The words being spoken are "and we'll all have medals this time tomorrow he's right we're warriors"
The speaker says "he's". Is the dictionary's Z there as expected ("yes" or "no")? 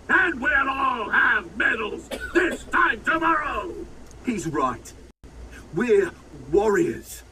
yes